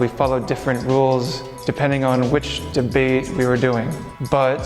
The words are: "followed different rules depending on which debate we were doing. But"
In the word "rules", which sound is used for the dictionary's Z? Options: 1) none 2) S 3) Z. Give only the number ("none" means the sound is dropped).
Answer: 3